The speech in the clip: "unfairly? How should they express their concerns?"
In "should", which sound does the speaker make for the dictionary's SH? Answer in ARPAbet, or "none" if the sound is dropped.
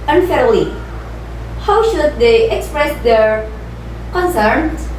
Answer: SH